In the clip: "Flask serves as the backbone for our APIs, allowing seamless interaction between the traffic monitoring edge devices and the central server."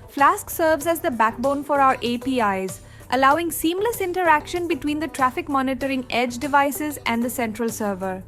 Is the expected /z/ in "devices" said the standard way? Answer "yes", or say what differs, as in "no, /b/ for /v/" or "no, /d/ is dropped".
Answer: yes